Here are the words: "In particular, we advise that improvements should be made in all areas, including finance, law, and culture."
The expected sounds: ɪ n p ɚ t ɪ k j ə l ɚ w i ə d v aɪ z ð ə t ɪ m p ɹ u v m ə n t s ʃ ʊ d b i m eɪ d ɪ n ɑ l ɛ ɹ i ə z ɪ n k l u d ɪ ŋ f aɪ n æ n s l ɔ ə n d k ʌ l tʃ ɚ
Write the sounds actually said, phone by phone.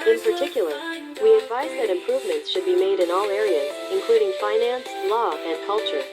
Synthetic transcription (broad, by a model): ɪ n p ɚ t ɪ k j l ɚ w i ə d v aɪ z ð ə t ɪ m p ɹ u v m ə n t s ʃ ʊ d b i m eɪ d ɪ n ɑ l ɛ ɹ i ə z ɪ n k l u d ɪ ŋ f aɪ n æ n s l ɔ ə n k ʌ l tʃ ɚ